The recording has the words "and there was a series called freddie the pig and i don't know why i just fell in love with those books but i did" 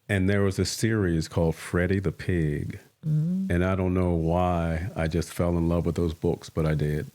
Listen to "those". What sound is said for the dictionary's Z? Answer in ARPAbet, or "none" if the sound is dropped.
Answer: Z